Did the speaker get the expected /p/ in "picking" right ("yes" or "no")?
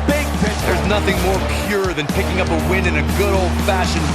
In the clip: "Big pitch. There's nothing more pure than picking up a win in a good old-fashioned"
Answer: yes